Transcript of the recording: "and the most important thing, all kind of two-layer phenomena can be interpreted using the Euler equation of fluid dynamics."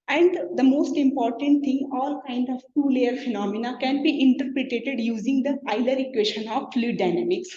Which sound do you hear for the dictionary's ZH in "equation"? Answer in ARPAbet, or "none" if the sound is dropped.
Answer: SH